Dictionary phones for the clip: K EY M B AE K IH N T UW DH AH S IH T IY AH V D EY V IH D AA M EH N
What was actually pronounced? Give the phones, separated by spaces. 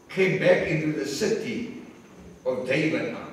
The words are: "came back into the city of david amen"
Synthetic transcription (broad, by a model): K EY M B AE K IH N T UW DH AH S IH T IY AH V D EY IH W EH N